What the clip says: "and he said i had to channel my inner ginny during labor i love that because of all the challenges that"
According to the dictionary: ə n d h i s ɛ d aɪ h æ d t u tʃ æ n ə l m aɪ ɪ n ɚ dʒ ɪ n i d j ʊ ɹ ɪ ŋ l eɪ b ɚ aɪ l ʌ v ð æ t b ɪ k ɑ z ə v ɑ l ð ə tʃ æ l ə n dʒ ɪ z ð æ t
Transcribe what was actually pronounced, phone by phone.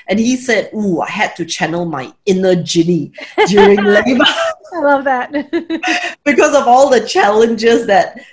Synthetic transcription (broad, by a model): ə n h i s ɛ d aɪ h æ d t u tʃ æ n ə l m aɪ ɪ n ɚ dʒ ɪ n i d j ʊ ɹ ɪ ŋ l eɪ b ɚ aɪ l ʌ v ð æ t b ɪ k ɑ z ə v ɑ l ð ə tʃ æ l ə n dʒ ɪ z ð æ t